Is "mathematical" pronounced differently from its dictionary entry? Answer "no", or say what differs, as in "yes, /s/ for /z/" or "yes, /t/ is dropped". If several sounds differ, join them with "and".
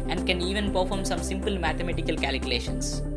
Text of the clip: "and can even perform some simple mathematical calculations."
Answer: yes, /t/ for /θ/